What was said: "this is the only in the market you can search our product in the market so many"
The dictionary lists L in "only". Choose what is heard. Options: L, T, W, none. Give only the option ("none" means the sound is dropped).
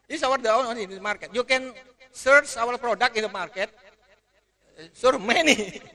none